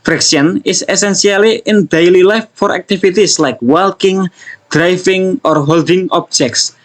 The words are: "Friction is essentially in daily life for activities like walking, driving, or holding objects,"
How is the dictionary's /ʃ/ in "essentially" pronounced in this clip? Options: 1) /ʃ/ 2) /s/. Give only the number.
2